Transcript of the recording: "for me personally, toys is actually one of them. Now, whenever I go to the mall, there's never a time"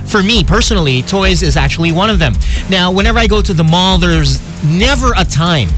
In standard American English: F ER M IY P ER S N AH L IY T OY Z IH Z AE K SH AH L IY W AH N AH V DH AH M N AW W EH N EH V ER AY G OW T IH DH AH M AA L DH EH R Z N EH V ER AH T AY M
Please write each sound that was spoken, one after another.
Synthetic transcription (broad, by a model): F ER M IY P ER S N L IY T OY Z IH Z AE K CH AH L IY W AH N AH V DH AH M N AW W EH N EH V ER AY G OW T IH DH AH M AA L DH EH R Z N EH V ER AH T AY M